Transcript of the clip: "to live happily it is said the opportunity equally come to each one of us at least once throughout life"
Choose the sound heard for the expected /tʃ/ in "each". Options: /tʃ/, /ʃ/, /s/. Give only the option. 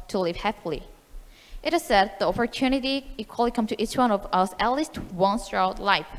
/tʃ/